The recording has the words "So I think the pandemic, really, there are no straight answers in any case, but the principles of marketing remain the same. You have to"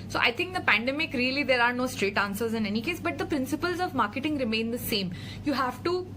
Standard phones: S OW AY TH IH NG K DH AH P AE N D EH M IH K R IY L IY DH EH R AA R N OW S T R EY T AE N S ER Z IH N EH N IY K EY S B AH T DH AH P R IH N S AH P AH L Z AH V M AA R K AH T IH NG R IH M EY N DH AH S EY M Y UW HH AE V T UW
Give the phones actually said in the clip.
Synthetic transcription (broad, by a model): S OW AY T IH NG K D AH P AE N D EH M IH K R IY L IY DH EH R AA R N OW S T R EY T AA N S ER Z IH N EH N IY K EY S B AH T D AH P R IH N S AH P AH L Z AH V M AA R K AH T IH NG R IH M EY N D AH S EY M Y UW HH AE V T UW